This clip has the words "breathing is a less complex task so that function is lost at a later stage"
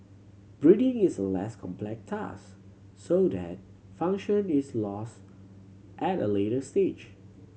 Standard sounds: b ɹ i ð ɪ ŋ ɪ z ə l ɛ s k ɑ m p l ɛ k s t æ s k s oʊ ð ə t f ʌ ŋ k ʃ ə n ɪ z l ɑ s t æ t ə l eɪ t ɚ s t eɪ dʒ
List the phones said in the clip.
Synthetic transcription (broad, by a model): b ɹ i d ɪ ŋ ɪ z ə l ɛ s k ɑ m p l ɛ k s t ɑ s s oʊ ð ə t f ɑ ŋ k ʃ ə n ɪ s l ɑ s t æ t ə l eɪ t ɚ s t eɪ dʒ